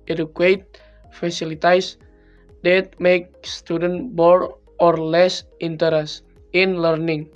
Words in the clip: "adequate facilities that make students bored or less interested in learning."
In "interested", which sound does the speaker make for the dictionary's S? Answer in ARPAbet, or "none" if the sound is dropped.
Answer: none